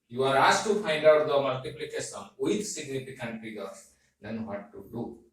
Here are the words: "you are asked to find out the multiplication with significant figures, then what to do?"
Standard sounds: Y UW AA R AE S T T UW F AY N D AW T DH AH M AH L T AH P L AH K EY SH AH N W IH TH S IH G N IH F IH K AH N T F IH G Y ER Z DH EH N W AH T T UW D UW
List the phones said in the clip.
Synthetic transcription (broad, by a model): Y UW AA R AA S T T UW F AY N D AW T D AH M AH L T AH P L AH K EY S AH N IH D S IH G N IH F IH K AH N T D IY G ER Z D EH N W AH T T UW D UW